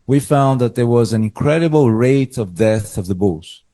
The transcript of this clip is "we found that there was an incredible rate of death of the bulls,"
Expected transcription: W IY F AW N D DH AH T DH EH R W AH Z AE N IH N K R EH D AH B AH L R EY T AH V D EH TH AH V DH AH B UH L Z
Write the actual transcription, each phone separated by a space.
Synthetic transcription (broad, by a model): W IY F AW N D DH AH T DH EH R W AH Z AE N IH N K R EH D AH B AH L R EY T AH V D EH TH AH V DH AH B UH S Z